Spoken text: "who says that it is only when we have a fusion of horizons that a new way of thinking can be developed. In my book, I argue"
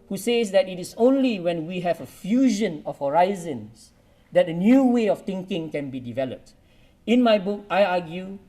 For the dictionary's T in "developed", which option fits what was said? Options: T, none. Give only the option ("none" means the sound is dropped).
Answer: T